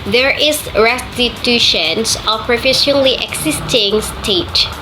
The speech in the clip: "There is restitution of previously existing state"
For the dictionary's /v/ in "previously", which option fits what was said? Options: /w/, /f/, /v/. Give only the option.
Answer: /f/